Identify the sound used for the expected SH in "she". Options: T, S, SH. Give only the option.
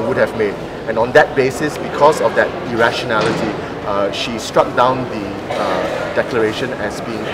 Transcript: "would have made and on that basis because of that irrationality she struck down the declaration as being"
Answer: SH